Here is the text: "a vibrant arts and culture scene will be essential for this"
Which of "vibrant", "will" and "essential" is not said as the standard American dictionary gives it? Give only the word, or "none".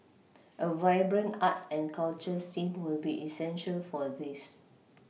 vibrant